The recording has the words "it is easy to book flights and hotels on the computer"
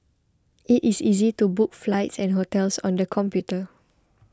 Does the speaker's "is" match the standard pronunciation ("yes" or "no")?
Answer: no